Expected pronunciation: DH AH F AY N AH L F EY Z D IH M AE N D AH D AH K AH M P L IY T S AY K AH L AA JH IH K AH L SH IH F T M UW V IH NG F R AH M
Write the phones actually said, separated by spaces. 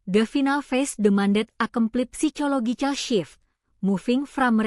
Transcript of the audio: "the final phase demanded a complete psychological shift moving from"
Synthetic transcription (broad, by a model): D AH F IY N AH L F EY S D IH M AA N D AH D AH K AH M P L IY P S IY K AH L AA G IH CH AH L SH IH F M UW F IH NG F R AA M